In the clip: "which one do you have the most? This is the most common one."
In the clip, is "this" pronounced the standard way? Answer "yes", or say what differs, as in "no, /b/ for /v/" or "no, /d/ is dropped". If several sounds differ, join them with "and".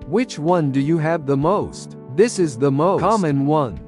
yes